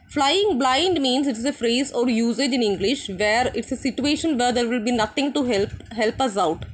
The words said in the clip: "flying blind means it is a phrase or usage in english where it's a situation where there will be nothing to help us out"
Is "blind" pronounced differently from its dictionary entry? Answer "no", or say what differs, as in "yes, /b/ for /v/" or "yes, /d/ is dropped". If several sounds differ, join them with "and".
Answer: no